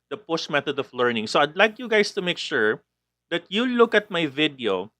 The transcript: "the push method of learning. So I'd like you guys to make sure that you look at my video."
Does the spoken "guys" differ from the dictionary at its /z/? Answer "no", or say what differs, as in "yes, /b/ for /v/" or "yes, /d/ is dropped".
yes, /s/ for /z/